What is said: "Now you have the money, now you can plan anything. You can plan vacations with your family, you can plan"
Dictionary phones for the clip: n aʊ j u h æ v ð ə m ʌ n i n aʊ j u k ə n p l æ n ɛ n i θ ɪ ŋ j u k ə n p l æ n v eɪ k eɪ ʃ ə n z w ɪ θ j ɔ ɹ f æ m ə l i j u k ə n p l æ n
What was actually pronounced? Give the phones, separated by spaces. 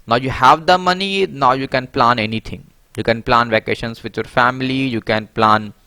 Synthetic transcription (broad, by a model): n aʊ j u h æ v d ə m ʌ n i n aʊ j u k ə n p l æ n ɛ n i t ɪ ŋ j u k ə n p l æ n v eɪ k eɪ ʃ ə n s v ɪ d j ɔ ɹ f æ m ə l i j u k ə n p l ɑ n